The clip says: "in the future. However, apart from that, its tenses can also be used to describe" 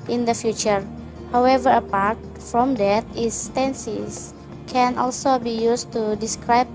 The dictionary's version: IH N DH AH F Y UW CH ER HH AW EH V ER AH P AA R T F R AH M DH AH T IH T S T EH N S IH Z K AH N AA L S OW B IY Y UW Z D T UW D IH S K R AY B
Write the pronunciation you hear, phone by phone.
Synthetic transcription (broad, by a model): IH N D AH F Y UW CH ER HH AW EH V ER AH P AA R T F R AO M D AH T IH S T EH N S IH S K AH N AA L S OW B IY Y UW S T UW D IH S K R AY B